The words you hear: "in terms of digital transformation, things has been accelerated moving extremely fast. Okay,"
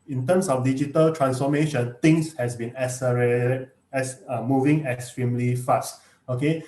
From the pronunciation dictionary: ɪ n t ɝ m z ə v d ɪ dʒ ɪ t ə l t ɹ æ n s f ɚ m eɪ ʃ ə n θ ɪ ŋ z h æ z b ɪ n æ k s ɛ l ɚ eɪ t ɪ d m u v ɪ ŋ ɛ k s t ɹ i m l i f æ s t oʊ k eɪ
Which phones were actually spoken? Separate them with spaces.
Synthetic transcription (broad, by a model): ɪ n t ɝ m s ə f d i dʒ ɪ t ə l t ɹ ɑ n s f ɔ m eɪ ʃ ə n t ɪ ŋ s h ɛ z b ɪ n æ s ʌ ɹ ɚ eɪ s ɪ m u v ɪ ŋ ɛ k s t ɹ i m l i f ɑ s t oʊ k eɪ